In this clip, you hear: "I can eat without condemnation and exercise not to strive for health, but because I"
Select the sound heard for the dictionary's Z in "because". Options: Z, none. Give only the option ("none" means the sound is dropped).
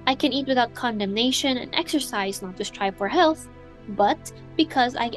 Z